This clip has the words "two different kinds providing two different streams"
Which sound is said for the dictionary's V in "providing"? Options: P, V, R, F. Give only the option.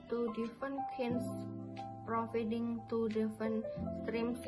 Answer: F